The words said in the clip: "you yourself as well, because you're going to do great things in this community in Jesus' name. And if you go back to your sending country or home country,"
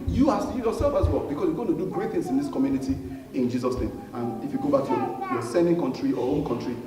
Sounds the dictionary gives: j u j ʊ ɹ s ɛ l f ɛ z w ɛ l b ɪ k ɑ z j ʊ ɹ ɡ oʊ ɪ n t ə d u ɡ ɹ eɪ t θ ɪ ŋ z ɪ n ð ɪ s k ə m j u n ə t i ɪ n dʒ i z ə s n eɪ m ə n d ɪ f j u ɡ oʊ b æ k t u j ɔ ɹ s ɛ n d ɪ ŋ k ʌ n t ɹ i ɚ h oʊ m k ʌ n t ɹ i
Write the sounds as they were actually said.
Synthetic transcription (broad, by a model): j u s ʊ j s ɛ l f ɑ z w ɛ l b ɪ k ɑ s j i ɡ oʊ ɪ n t ə d u ɡ ɹ eɪ t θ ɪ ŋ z ɪ n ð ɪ s k ə m j u n ə t i ɪ n dʒ i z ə s n eɪ m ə n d ɪ f j u ɡ oʊ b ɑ k t u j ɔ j s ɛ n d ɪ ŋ k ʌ n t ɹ i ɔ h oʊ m k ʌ n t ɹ i